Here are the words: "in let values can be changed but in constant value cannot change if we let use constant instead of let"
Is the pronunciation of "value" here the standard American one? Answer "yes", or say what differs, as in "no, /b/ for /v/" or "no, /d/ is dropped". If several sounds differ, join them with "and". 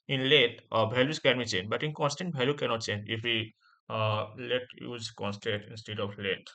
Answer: no, /b/ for /v/